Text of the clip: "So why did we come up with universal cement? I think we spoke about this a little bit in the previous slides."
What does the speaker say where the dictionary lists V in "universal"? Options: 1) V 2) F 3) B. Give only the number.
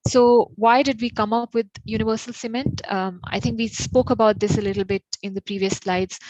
1